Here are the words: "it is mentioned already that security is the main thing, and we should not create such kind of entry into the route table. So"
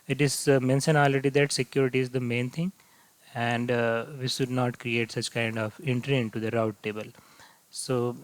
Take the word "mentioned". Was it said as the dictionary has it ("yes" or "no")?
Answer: no